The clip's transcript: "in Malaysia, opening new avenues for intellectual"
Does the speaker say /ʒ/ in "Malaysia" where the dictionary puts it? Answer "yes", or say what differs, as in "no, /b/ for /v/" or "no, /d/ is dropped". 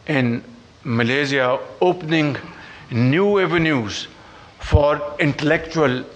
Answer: no, /z/ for /ʒ/